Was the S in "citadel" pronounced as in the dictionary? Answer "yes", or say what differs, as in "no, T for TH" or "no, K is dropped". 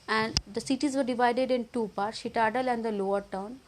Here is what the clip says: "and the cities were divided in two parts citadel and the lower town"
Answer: no, SH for S